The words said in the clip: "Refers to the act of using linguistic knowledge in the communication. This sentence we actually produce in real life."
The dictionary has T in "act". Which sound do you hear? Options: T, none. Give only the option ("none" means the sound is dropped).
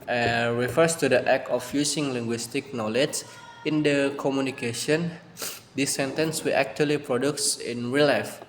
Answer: none